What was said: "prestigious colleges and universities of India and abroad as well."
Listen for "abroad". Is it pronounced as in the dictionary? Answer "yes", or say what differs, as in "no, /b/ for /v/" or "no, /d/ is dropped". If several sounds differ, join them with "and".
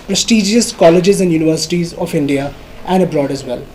yes